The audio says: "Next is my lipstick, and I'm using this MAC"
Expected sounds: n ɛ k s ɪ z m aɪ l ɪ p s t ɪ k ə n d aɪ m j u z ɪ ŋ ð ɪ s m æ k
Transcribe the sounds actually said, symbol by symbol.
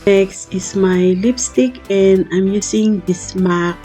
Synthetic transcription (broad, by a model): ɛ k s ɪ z m aɪ l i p s t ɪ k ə n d aɪ m j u s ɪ ŋ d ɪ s m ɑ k